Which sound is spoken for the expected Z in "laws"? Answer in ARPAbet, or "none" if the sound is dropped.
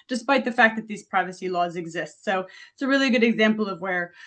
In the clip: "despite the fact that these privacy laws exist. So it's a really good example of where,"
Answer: Z